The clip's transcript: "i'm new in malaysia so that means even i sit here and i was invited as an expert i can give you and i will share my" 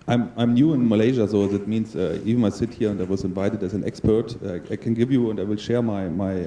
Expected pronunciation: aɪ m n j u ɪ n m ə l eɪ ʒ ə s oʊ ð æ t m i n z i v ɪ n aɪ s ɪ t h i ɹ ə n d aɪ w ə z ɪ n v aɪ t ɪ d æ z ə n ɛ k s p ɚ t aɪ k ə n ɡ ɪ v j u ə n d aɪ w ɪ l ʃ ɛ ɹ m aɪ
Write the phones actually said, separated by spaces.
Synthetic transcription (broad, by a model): aɪ m n j u ɪ n m ə l eɪ ʒ ə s oʊ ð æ t m i n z i v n aɪ s ɪ t h i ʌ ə n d aɪ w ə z ɪ n v aɪ t ɪ d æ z ə n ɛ k s p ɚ t aɪ k ə n ɡ ɪ v j u ə n d aɪ w ɪ l ʃ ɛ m m aɪ